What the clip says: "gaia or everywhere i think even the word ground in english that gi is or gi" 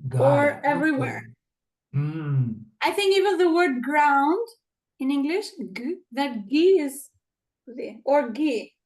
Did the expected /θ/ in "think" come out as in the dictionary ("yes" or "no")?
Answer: yes